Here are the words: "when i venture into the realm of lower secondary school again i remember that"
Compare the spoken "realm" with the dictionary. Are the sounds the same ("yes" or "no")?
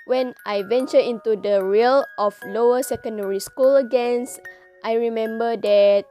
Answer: no